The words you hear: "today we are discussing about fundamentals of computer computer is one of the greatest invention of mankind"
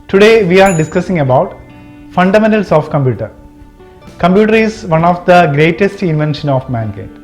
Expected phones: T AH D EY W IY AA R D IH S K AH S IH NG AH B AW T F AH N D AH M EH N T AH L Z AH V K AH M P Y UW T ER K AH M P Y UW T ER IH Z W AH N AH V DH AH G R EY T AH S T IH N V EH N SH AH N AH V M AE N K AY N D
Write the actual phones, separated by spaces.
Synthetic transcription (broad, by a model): T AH D EY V IY AA R D IH S K AH S IH NG AH B AW T F AH N D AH M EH N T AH L S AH F K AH M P Y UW T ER K AH M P Y UW T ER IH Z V AH N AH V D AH G R EY T AH S T IH N V EH N SH AH N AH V M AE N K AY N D